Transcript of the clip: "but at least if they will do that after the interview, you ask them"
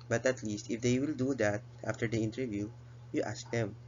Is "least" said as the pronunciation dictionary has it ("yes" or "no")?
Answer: yes